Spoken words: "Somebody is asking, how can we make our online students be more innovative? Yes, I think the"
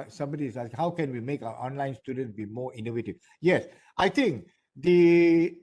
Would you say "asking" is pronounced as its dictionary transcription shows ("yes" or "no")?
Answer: no